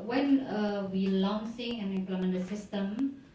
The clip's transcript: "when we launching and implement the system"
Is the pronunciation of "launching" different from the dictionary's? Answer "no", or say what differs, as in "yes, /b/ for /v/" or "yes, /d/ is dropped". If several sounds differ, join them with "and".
yes, /s/ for /tʃ/